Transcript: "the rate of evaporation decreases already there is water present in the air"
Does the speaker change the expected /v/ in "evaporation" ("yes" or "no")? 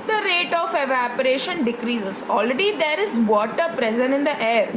no